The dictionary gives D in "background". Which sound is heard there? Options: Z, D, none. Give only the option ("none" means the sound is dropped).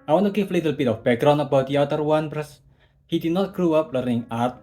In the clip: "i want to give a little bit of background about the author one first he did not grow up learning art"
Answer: none